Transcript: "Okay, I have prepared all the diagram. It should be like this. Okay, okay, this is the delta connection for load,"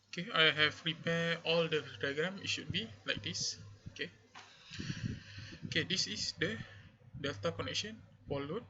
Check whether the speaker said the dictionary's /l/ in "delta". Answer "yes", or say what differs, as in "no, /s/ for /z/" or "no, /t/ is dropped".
yes